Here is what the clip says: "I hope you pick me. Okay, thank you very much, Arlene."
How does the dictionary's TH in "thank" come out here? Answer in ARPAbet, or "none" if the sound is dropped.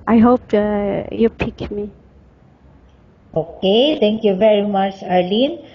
T